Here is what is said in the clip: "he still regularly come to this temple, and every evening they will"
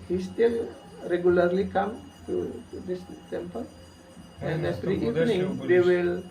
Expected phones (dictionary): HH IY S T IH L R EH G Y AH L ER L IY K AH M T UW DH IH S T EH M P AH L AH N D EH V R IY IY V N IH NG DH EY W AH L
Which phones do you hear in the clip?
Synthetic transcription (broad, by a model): HH IY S T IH L R EH G Y AH L ER L IY K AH M T UW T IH S T EH M P AH L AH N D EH F R IY IY V N IH NG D EY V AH L